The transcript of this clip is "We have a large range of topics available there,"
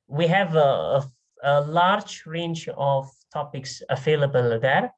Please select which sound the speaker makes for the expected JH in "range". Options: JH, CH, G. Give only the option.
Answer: CH